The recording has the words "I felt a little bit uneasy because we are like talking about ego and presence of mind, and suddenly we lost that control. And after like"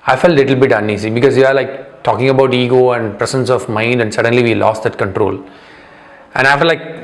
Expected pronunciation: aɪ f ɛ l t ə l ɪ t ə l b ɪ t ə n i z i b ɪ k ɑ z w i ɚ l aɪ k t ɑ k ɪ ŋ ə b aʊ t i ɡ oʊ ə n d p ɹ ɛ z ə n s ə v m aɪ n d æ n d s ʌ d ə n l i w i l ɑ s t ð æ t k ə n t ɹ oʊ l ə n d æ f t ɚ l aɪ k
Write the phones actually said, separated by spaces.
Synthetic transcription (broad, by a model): aɪ f ɛ l t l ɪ t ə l b ɪ t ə n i s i b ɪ k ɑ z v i ɚ l aɪ k t ɑ k ɪ ŋ ə b aʊ t i ɡ oʊ ə n d p ɹ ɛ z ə n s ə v m aɪ n d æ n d s ʌ d ə n l i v i l ɑ s t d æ t k ə n t ɹ oʊ l ə n d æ f t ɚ l aɪ k